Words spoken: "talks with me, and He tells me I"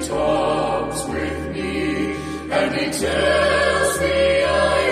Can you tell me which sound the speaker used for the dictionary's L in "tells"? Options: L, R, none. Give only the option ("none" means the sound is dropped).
none